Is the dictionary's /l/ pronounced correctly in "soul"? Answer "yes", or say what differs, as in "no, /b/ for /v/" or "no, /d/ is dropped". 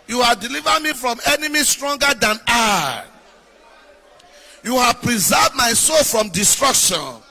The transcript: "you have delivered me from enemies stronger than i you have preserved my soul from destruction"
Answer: yes